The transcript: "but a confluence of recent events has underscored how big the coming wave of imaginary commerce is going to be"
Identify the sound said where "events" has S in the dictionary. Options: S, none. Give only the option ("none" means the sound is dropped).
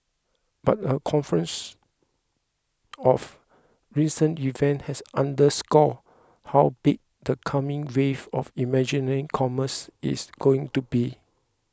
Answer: none